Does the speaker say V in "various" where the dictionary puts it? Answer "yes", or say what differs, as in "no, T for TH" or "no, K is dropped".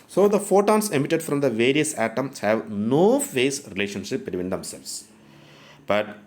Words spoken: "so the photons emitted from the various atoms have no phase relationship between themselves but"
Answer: yes